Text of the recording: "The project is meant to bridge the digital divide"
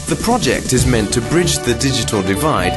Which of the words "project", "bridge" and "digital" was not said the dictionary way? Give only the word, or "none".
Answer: none